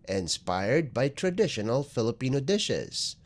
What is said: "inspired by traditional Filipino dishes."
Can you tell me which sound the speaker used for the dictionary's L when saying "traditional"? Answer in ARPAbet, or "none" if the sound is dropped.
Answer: L